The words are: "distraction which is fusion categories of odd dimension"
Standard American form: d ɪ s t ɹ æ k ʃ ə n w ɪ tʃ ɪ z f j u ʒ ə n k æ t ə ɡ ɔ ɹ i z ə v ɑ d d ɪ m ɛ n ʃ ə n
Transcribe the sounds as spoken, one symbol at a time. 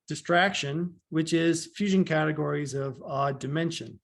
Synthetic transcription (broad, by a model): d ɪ s t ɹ æ k ʃ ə n w ɪ tʃ ɪ z f j u ʒ ə n k æ t ə ɡ ɔ ɹ i z ə v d d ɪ m ɛ n ʃ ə n